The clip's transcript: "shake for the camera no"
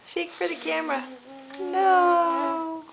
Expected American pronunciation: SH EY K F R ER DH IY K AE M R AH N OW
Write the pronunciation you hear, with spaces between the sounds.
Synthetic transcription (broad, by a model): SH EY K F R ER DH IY K AE M R AH N OW